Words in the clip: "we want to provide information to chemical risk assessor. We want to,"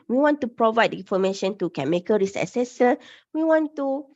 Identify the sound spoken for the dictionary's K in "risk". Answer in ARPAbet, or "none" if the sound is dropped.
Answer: none